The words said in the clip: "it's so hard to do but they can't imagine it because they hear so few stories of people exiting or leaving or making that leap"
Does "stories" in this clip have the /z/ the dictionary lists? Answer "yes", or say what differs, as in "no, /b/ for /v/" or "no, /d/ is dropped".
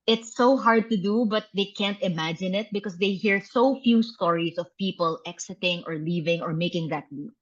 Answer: no, /s/ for /z/